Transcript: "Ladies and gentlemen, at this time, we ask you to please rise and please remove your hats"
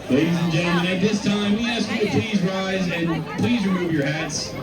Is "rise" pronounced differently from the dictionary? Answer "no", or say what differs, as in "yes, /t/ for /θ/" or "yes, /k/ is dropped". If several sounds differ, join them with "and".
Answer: no